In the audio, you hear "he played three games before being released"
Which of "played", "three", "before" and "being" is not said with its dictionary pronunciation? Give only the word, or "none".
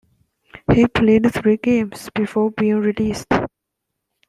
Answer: three